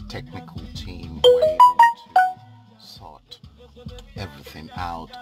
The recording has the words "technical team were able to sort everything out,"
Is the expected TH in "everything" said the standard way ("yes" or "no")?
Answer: yes